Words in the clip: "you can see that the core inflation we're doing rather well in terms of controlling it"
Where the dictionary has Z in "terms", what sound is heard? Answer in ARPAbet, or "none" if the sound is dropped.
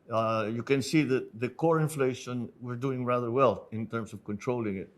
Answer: S